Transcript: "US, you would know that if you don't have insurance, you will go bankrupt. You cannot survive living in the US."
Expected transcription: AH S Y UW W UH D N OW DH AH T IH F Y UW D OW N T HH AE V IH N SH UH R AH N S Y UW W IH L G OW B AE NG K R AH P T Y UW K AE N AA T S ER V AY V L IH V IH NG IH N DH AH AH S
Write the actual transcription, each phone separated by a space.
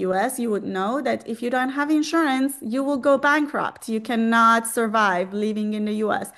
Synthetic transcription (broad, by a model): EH S Y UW W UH D N OW DH AH T IH F Y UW D OW N T HH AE V IH N SH UH R AH N S Y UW W IH L G OW B AE NG K R AH P T Y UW K AE N AA T S ER V AY V L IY V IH NG IH N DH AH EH S